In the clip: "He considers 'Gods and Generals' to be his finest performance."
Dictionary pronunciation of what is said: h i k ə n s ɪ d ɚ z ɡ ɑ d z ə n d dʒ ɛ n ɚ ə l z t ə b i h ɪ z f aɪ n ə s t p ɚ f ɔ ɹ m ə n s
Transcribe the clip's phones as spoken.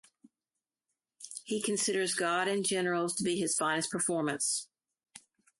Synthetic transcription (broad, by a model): h i k ə n s ɪ d ɚ z ɡ ɑ d ə n dʒ ɛ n ɚ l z t ə b i ɪ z f aɪ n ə s p ɚ f ɔ ɹ m ə n s